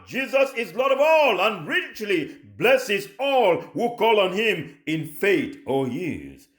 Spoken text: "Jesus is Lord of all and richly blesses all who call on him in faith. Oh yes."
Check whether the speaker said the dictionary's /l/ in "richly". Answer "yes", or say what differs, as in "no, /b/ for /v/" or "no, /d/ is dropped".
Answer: yes